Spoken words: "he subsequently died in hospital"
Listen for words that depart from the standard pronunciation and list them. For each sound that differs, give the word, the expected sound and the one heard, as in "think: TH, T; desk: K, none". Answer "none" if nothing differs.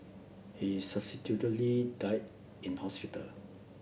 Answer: subsequently: N, none